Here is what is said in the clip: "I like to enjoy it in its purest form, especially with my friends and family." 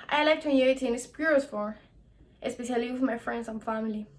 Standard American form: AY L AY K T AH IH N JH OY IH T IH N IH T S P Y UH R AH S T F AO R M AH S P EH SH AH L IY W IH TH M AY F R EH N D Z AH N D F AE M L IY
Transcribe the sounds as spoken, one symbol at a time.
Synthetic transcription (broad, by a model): AY L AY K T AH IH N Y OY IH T IH N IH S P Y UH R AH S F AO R AH S P EH SH AH L IY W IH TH M AY F R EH N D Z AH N F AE M L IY